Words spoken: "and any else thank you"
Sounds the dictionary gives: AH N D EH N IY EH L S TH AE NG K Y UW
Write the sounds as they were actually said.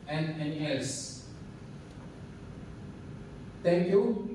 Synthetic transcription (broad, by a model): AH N EH N IY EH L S T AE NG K Y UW